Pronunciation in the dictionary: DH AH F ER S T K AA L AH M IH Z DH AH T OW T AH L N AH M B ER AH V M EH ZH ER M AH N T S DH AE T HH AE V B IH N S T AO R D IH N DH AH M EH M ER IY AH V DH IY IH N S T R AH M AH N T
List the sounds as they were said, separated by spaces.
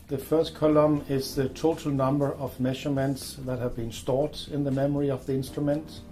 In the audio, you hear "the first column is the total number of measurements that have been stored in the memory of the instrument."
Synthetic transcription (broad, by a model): DH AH F ER S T K AA L AH M IH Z DH AH T OW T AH L N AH M B ER AH V M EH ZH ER M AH N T S DH AE T HH AE V B IH N S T AO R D IH N DH AH M EH M ER IY AH V DH IY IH N S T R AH M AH N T